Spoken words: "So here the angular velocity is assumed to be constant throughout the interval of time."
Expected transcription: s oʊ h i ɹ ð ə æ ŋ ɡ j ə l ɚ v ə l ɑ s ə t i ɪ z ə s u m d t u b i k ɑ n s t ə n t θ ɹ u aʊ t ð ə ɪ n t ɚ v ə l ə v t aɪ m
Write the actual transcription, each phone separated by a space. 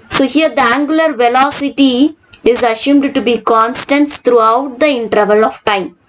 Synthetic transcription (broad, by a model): s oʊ h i ɹ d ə æ ŋ ɡ j ə l ɚ v ə l ɑ s ə t i ɪ z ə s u m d t u b i k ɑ n s t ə n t t ɹ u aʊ t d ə ɪ n t ɚ v ə l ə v t aɪ m